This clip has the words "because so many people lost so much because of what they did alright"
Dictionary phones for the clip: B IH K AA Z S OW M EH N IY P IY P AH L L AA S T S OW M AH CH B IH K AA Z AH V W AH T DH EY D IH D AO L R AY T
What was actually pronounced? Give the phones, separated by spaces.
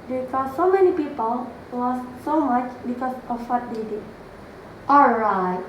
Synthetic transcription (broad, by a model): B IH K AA S OW M EH N IY P IY P AH L W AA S S OW M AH CH B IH K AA S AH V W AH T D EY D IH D AO L R AY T